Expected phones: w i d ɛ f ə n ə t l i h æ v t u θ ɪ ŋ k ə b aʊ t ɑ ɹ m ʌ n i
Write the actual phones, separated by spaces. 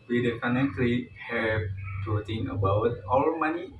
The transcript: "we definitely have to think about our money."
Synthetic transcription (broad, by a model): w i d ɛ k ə n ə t l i h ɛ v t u t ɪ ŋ ə b aʊ t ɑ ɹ m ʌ n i